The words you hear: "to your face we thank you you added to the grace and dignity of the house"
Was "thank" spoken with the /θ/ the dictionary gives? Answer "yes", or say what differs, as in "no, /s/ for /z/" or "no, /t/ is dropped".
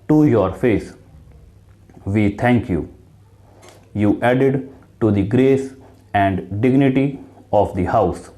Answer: no, /t/ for /θ/